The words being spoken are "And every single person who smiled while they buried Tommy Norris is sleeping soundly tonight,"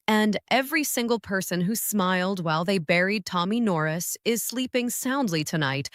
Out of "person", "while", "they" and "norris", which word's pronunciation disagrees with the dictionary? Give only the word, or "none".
none